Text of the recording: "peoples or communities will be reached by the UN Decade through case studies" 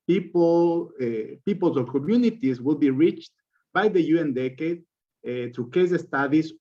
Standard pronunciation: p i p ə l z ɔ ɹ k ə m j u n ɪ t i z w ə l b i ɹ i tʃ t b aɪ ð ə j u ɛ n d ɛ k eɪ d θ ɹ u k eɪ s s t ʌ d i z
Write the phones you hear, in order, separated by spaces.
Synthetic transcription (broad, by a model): p i p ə l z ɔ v k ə m j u n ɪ t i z w ə l b i ɹ i tʃ t b aɪ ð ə j u ɛ n d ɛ k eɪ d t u k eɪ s s t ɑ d i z